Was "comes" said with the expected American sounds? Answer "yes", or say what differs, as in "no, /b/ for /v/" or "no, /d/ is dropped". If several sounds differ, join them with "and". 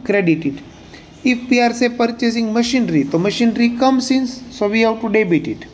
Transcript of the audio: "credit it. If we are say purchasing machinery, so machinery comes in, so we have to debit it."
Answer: no, /s/ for /z/